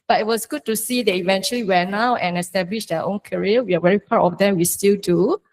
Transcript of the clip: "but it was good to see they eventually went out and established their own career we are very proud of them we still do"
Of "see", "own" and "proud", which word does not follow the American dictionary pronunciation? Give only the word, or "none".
proud